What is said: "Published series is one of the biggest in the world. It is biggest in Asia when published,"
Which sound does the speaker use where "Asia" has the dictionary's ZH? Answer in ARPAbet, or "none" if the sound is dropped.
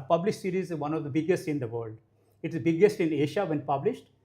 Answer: SH